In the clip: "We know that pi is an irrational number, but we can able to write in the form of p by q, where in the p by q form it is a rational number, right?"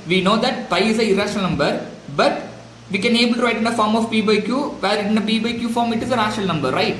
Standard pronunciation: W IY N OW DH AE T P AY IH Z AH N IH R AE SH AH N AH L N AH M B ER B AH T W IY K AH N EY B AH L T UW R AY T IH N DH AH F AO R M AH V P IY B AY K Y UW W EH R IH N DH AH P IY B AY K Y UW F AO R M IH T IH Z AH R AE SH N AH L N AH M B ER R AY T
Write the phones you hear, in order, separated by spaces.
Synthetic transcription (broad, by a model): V IY N OW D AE T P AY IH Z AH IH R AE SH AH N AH L N AH M B ER B AH T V IY K AH N EY B AH L T UW R AY T IH N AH F AO R M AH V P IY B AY K Y UW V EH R IH N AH B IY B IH K Y UW F AO R M IH T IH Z AH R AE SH AH L N AH M B ER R AY T